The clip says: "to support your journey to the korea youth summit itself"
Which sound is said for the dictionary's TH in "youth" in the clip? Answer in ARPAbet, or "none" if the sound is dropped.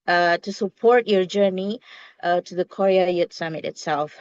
T